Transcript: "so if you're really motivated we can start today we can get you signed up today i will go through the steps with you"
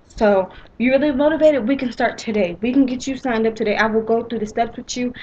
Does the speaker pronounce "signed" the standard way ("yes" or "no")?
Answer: yes